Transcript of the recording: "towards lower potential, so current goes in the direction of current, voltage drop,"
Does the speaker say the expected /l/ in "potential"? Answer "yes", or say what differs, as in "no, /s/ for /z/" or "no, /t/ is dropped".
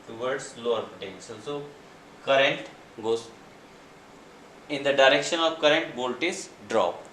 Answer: no, /n/ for /l/